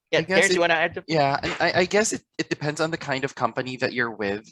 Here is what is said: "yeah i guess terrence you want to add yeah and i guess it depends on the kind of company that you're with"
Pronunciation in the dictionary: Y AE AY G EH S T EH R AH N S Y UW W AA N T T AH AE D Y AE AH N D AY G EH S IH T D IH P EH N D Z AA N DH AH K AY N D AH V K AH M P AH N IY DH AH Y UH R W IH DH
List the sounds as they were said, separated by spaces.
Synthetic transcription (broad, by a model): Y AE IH G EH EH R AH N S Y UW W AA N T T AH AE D Y AE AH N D AY G EH S IH T D IH P EH N D Z N DH AH K AY N D AH V K AH M P AH N IY DH AH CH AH R W IH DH